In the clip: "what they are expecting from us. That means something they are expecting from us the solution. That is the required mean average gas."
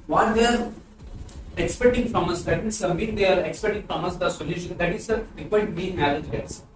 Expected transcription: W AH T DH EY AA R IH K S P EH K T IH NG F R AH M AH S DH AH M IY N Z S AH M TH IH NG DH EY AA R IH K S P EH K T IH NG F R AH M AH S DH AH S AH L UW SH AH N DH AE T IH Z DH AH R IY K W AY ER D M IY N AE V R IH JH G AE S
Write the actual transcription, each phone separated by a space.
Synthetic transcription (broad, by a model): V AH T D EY AA R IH K S P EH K T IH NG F R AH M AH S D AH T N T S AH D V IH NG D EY AA R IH K S P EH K T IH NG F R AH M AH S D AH S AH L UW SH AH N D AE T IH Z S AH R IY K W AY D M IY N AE R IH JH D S